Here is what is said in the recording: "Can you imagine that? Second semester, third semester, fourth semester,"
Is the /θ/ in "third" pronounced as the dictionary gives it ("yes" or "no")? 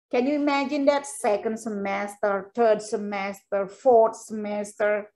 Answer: no